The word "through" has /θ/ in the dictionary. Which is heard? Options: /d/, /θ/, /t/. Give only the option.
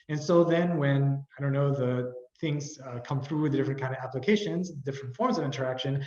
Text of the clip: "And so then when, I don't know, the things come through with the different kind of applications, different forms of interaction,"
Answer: /θ/